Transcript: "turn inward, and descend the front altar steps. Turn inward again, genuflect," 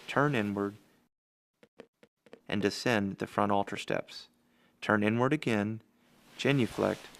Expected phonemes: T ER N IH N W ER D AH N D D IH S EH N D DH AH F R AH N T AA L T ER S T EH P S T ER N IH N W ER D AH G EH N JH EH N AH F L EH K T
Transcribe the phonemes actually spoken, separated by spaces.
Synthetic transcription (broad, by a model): T ER N IH N W ER D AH N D D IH S EH N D DH AH F R AH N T AA L T ER S T EH P S T ER N IH N W ER D AH G EH N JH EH N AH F L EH K T